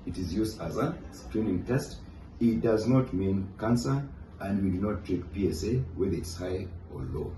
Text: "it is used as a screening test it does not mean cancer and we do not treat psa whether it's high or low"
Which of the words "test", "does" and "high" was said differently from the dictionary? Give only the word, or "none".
none